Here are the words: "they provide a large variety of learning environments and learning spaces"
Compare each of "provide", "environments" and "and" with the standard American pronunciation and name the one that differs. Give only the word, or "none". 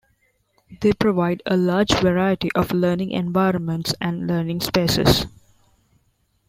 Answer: none